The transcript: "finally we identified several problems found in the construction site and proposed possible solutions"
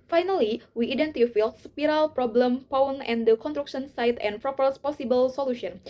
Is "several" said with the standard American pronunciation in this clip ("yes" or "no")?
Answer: no